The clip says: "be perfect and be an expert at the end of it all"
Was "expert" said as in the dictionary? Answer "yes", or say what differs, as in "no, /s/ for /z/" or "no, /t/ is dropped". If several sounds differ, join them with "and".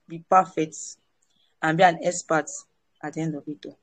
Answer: no, /k/ is dropped